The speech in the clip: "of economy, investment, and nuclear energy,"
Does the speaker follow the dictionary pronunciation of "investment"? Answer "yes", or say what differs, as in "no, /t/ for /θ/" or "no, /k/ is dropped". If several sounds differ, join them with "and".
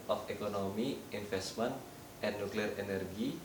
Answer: no, /f/ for /v/